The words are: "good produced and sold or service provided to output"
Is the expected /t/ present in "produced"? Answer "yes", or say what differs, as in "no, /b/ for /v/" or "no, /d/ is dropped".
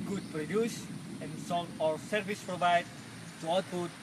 no, /t/ is dropped